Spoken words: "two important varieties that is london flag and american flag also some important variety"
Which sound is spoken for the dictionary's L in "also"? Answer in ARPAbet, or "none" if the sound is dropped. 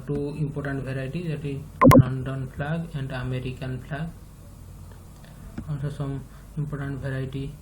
N